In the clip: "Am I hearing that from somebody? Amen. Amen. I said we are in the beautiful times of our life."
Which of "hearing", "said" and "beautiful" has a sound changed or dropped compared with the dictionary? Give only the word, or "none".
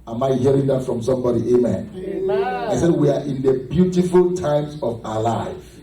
none